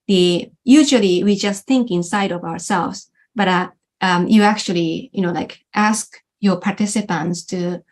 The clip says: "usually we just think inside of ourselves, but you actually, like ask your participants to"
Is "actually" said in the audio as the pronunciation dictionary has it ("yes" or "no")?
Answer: no